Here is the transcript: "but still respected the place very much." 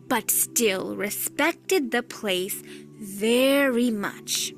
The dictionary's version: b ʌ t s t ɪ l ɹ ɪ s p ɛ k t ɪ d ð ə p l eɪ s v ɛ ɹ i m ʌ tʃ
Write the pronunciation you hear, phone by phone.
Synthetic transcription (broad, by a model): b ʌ t s t ɪ l ɹ ɪ s p ɛ k t ɪ d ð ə p l eɪ s v ɛ ɹ i m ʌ tʃ